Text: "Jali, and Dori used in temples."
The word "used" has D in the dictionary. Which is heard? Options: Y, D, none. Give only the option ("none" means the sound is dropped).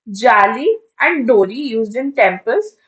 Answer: D